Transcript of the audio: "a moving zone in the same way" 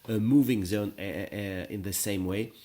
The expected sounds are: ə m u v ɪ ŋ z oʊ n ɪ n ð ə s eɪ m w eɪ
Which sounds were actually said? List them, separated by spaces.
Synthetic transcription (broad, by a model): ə m u v ɪ ŋ z oʊ n ɪ n ð ə s eɪ m w eɪ